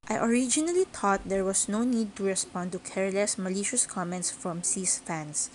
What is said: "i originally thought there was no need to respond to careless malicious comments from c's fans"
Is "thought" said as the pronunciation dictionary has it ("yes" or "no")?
no